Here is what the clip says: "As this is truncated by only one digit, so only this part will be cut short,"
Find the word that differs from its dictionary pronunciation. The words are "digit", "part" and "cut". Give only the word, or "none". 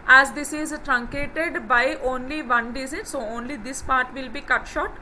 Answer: digit